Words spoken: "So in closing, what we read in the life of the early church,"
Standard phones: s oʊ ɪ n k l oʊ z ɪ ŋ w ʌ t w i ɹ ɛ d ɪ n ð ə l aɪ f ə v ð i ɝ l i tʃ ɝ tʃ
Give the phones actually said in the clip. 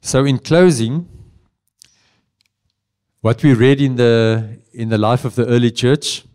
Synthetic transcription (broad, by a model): s oʊ ɪ n k l oʊ z ɪ ŋ w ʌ t w i ɹ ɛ d ɪ n ð ə l aɪ f ə v ð i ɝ l i tʃ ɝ tʃ